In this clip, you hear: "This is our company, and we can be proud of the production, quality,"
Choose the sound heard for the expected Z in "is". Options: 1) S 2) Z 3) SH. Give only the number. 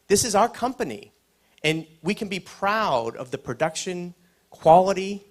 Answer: 2